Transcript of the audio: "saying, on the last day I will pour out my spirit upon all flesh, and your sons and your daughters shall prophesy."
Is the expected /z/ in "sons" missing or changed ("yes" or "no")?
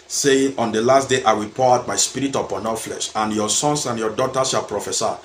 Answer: yes